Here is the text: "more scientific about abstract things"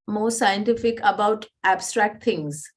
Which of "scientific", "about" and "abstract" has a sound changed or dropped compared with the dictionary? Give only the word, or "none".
none